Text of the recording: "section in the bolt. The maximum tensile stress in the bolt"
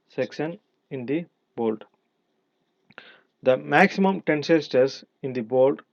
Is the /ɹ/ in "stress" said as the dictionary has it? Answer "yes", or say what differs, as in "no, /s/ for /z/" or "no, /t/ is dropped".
no, /ɹ/ is dropped